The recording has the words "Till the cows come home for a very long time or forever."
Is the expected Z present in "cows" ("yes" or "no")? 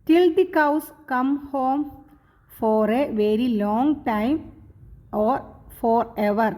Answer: no